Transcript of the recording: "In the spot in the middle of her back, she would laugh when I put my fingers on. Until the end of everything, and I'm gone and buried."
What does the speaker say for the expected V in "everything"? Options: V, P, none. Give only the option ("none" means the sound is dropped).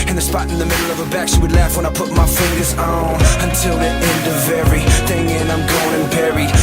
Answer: none